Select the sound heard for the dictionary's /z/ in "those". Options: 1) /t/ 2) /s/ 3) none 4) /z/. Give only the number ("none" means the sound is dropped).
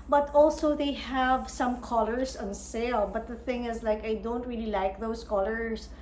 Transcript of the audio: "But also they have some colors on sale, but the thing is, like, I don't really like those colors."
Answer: 2